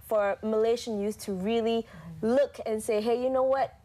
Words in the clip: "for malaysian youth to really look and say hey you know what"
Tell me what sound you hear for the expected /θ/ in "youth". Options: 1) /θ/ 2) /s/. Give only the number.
2